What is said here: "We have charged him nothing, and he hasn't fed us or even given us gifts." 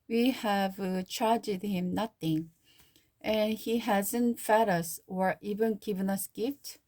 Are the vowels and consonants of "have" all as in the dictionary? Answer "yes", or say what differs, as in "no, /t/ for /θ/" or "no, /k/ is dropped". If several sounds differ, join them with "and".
yes